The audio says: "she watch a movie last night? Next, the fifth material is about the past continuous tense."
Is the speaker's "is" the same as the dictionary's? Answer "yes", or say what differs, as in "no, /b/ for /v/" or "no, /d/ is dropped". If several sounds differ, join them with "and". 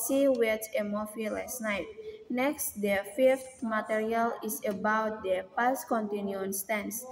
no, /s/ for /z/